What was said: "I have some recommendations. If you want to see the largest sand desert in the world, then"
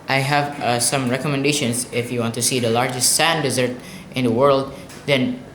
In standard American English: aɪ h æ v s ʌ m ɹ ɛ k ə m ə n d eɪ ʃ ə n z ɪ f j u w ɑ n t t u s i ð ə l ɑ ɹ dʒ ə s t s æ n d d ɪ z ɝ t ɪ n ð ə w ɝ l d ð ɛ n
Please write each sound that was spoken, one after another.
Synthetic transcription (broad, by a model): aɪ h æ v s ʌ m ɹ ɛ k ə m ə n d eɪ ʃ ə n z ɪ f j u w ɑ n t t u s i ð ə l ɑ ɹ dʒ ə s t s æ n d d ɪ z ɝ t ɪ n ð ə w ɝ l d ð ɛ n